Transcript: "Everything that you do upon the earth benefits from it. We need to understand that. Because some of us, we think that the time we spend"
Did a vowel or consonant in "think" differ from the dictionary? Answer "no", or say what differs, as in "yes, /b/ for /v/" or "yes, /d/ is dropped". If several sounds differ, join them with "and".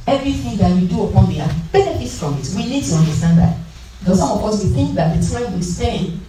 no